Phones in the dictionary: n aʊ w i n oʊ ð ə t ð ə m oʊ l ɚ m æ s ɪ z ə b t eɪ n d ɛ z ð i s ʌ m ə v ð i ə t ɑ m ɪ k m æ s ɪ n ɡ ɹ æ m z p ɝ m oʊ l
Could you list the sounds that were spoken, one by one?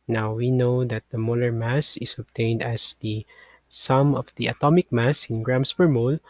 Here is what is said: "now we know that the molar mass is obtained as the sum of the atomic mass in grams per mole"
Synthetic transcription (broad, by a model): n aʊ w i n oʊ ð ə t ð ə m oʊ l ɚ m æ s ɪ s ə b t eɪ n d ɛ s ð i s ʌ m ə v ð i ə t ɑ m ɪ k m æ s ɪ n ɡ ɹ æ m s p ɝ m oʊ l